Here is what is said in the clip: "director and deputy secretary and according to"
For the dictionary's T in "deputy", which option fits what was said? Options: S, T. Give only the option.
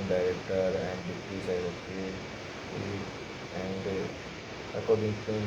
S